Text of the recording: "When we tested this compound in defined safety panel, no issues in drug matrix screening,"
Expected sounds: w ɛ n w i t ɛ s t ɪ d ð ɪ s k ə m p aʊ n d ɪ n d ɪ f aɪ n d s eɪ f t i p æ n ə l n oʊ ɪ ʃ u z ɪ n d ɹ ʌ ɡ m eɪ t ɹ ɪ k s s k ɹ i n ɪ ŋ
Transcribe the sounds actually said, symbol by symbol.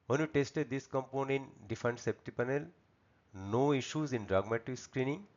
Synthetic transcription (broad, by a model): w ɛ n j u t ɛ s t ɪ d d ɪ s k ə m p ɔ n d ɪ n d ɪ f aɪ n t s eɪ p t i p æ n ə l n oʊ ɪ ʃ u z ɪ n d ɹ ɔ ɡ m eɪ t ɪ k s s k ɹ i n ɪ ŋ